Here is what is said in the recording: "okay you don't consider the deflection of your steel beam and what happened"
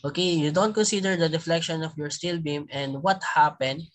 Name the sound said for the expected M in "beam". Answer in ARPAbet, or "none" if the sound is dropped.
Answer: M